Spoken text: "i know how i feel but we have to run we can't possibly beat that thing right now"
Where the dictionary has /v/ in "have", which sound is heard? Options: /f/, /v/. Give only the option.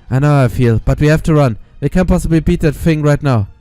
/f/